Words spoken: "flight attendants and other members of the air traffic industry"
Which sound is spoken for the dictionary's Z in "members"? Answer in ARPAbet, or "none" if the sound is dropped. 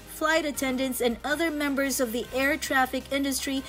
Z